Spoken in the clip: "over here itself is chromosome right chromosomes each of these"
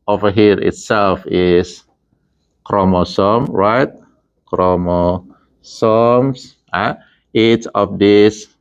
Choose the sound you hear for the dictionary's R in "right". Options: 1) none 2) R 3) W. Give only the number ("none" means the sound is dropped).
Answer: 2